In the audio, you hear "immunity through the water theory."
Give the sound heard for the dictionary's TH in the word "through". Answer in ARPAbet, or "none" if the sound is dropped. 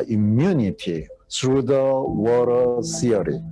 S